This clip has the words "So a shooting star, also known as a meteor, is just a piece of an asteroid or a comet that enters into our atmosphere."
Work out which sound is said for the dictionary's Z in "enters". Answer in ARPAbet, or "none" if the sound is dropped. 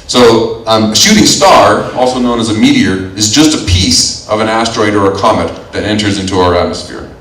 Z